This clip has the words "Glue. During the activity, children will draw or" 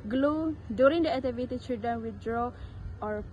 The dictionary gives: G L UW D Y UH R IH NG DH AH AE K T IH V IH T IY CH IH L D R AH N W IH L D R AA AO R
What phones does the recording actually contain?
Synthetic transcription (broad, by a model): G L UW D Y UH R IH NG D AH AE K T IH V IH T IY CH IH D AH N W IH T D R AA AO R